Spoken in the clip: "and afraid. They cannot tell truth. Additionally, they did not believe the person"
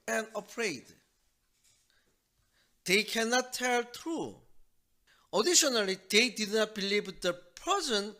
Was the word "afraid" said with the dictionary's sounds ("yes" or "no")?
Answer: no